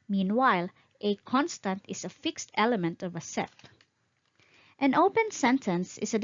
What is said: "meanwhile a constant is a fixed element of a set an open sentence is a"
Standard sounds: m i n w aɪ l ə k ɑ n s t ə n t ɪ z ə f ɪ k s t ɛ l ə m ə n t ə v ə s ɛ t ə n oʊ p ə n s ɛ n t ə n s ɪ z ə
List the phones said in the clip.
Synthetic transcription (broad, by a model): m i n w aɪ l ə k ɑ n s t ə n t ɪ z ə f ɪ k s t ɛ l ə m ə n t ə v ə s ɛ t ə n oʊ p ə n s ɛ n t ə n s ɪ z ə